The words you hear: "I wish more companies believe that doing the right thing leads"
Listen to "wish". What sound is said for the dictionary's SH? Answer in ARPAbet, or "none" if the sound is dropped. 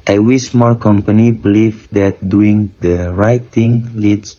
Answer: S